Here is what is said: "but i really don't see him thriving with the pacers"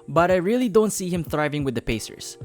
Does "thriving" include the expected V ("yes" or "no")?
yes